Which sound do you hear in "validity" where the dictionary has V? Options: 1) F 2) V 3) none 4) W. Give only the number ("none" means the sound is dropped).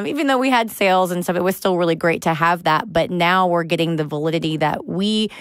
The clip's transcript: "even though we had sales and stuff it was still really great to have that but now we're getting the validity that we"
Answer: 2